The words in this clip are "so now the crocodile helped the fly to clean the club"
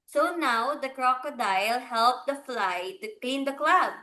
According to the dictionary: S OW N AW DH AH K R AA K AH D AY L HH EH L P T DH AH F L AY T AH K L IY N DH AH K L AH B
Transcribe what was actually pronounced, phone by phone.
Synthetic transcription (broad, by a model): S OW N AW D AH K R AA K AH D AY L HH EH L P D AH F L AY T AH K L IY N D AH K L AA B